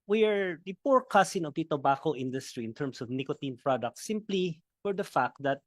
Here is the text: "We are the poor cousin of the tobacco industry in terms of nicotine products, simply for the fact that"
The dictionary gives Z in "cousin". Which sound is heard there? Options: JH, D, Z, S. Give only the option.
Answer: S